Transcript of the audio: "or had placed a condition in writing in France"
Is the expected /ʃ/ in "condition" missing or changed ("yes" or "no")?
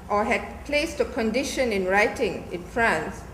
no